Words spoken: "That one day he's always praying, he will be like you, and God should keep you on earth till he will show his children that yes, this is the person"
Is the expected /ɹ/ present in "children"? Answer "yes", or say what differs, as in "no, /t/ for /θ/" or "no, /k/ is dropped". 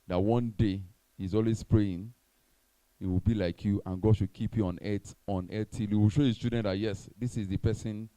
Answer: no, /ɹ/ is dropped